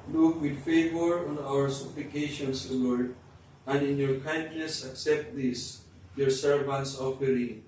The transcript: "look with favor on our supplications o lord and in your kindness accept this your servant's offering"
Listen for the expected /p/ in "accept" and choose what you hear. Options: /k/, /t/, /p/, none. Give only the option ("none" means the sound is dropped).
/p/